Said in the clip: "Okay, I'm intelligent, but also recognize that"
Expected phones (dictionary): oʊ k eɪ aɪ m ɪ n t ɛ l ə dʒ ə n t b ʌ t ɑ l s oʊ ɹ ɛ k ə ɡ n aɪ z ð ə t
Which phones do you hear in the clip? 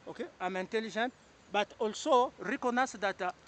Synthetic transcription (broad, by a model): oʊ k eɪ aɪ m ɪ n t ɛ l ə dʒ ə n t b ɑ t ɑ l s oʊ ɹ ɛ k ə n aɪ s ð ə t